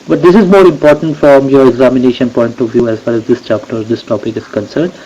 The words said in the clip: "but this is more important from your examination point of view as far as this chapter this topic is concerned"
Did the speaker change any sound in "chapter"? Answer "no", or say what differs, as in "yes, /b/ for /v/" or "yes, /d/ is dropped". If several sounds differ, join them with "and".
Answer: no